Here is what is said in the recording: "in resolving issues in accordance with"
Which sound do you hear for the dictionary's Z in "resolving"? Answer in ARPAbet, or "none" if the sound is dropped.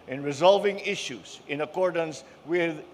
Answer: Z